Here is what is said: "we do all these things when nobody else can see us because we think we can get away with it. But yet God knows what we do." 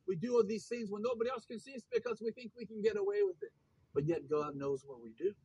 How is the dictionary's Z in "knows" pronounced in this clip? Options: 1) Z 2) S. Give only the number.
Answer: 1